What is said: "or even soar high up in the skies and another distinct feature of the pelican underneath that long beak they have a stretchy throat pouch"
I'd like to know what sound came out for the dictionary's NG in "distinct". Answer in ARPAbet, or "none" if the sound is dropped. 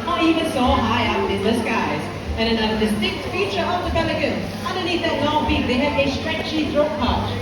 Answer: none